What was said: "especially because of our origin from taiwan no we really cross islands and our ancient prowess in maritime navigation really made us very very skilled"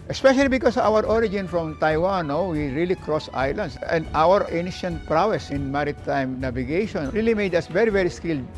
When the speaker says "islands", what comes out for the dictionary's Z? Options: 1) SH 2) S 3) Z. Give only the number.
2